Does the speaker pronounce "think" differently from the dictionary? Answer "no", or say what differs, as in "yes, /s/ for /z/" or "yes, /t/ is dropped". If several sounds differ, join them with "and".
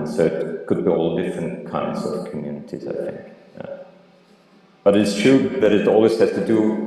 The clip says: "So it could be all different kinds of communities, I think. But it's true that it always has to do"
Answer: no